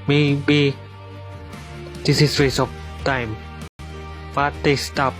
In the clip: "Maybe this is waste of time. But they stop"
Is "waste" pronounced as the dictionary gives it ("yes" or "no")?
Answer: no